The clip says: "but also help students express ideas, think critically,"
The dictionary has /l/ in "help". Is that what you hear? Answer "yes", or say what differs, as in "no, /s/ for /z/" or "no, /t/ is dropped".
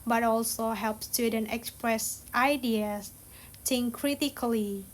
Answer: yes